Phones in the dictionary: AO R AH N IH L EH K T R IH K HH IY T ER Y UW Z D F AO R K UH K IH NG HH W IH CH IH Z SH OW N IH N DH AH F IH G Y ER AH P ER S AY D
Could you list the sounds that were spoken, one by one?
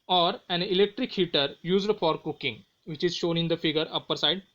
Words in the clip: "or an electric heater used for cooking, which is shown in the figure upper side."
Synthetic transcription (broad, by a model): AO R AH N IH L EH K T R IH K HH IY T ER Y UW Z D F AO R K UH K IH NG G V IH CH IH Z SH OW N IH N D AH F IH G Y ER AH P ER S AY D